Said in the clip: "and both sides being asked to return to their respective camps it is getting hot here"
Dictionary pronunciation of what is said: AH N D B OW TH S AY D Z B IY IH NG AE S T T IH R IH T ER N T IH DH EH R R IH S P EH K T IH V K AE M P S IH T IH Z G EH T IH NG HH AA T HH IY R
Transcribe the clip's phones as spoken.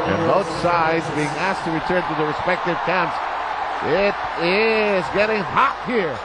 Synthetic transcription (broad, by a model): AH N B OW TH S AY D Z B IY IH NG AE S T T IH R IH T ER N T IH DH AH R R IH S P EH K T IH V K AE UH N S IH T IH Z G EH T IH NG HH AA T HH IY R